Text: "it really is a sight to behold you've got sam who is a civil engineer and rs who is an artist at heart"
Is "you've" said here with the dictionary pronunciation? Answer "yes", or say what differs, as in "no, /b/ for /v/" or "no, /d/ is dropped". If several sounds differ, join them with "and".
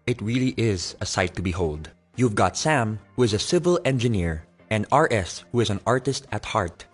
yes